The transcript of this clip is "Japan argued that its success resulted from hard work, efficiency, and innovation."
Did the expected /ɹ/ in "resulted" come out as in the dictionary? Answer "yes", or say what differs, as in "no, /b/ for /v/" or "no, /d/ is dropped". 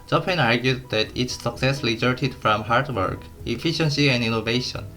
no, /l/ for /ɹ/